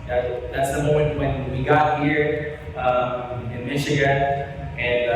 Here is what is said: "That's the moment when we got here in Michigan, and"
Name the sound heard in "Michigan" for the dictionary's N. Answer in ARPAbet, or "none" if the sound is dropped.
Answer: none